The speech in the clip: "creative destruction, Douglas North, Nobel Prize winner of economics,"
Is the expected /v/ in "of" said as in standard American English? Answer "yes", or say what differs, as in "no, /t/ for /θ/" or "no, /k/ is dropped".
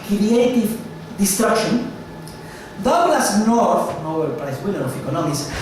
no, /f/ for /v/